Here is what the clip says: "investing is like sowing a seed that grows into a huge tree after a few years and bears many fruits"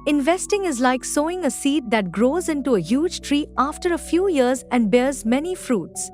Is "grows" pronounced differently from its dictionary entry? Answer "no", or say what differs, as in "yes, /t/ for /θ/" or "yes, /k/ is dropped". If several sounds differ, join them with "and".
no